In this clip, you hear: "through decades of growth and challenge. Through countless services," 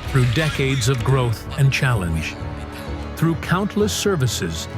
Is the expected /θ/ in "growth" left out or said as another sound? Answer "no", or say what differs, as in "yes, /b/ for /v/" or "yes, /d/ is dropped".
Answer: no